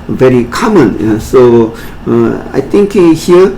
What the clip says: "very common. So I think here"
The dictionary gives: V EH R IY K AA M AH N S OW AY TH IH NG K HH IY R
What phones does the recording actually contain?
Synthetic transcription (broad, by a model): V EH R IY K AA M AH N S OW AY T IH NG K HH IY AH